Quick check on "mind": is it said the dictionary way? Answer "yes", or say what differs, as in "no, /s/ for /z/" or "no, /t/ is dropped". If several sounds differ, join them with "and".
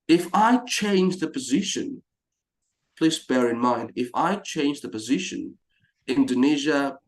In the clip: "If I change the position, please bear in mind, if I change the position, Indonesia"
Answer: yes